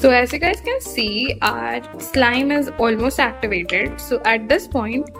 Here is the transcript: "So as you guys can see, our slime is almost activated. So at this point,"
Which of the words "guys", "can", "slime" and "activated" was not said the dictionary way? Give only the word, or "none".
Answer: none